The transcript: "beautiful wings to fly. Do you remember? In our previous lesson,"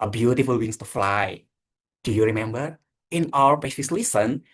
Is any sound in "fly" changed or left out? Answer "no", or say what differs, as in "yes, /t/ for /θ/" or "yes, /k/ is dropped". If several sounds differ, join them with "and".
no